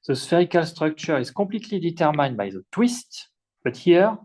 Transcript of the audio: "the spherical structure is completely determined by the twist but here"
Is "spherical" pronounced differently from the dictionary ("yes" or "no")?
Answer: no